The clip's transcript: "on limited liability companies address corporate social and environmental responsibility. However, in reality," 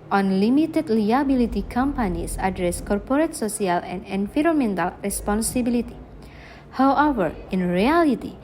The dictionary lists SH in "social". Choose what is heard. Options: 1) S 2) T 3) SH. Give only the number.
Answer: 1